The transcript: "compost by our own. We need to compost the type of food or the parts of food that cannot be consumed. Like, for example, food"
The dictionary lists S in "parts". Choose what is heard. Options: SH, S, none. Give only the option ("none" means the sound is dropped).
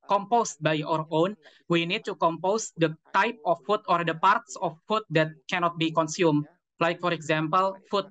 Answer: S